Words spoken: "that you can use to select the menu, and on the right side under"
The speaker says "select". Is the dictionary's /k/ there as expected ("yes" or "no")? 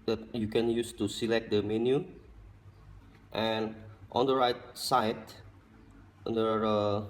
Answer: yes